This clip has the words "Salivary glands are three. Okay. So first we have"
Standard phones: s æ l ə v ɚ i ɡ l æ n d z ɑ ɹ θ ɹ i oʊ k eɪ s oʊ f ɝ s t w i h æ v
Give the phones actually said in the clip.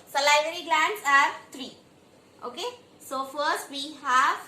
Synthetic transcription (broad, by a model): s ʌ l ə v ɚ i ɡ l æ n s ɑ ɹ t ɹ i oʊ k eɪ s oʊ f ɝ s t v i h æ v